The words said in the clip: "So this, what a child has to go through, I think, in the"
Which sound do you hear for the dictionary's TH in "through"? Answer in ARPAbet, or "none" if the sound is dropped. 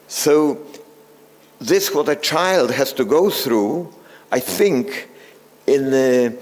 TH